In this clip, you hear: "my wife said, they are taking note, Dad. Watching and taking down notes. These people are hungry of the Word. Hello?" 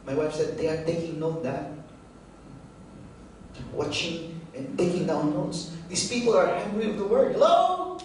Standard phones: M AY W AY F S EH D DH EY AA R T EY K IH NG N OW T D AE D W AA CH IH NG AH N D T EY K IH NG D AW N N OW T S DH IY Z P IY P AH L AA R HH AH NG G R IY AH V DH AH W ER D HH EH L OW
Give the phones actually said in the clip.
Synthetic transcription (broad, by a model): M AY W AY F S EH D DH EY AA R T EY K IH NG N OW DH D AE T W AA CH IH NG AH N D T EY K IH NG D AW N N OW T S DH IY S P IY P AH L AA R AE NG G R IY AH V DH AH W ER D L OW